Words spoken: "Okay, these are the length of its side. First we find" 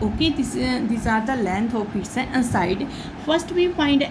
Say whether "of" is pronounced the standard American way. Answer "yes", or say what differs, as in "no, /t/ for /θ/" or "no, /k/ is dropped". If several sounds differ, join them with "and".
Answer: no, /p/ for /v/